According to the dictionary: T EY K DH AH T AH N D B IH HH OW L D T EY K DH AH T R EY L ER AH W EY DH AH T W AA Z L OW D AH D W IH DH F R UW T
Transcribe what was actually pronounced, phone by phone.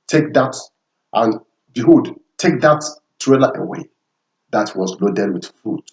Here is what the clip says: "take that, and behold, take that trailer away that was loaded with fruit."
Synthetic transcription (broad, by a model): T EY K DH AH T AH N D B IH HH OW D T EY K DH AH T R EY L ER AH W EY DH AH T W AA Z L OW D AH D W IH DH F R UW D